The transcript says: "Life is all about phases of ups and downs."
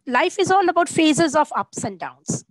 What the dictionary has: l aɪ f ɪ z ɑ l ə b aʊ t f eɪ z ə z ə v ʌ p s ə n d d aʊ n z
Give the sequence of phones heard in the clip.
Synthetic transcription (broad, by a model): l aɪ f ɪ z ɑ l ə b aʊ t f eɪ z ə z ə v ʌ p s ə n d d aʊ n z